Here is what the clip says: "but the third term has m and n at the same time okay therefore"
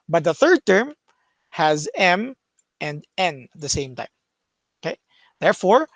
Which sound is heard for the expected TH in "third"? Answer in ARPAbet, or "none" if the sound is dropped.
TH